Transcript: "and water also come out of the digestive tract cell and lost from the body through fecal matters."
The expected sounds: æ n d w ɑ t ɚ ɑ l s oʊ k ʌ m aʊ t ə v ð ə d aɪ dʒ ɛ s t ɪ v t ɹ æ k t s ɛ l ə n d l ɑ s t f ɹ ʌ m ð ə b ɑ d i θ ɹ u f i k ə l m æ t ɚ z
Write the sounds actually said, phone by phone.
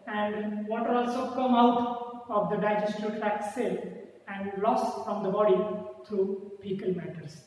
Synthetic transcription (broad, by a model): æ n d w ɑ t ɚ ɑ l s oʊ k ʌ m aʊ t ə v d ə d aɪ dʒ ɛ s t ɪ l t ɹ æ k s ɛ l ə n d l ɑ s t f ɹ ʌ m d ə b ɑ d i t ɹ u p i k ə l m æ t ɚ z